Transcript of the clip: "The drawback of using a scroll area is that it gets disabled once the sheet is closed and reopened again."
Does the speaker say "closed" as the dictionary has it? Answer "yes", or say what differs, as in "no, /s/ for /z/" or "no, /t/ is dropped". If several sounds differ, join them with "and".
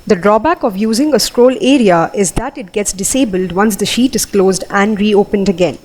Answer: yes